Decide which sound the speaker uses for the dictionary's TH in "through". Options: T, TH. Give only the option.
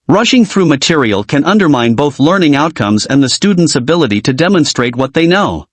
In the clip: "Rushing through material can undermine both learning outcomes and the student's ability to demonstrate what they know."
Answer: TH